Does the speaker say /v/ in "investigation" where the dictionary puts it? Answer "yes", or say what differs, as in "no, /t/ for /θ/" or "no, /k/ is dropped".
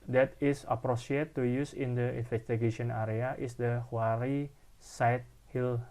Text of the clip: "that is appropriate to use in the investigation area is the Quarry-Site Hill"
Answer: no, /f/ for /v/